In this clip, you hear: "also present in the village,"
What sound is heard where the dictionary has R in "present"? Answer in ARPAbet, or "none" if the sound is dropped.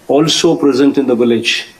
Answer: R